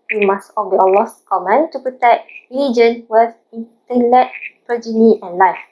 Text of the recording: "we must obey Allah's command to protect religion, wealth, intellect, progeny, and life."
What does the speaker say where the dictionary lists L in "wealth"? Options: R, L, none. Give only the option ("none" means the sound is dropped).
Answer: none